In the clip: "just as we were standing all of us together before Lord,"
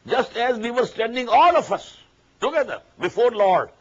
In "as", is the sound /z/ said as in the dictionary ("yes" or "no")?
yes